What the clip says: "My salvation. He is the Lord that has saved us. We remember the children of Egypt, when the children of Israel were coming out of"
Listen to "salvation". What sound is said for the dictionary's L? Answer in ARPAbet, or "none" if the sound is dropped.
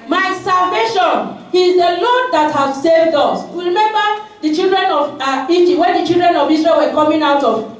L